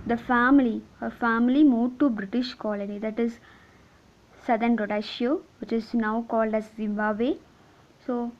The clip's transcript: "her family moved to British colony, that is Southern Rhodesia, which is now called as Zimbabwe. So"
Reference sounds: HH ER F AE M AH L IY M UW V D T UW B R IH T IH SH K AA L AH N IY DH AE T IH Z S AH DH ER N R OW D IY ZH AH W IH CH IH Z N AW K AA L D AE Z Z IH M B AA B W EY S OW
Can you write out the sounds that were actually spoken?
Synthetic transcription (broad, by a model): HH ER F AE M AH L IY M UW D T UW B R IH T IH SH K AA L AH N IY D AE T IH Z S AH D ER N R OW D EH SH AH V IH CH IH Z N AW K AA L D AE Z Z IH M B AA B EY S OW